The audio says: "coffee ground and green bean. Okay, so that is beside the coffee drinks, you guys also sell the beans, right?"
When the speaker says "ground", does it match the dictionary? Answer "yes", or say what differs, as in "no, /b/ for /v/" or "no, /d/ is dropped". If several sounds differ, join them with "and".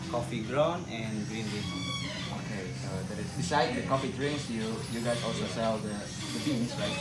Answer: no, /d/ is dropped